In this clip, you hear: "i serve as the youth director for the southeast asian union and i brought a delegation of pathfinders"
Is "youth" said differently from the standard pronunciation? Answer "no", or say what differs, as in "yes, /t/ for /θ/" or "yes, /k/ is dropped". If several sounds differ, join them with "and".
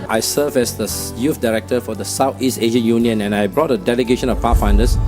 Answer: yes, /f/ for /θ/